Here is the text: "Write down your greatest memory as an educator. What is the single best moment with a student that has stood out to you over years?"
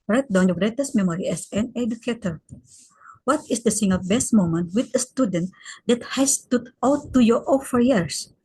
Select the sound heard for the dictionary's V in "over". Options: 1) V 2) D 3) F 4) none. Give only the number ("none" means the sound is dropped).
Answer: 3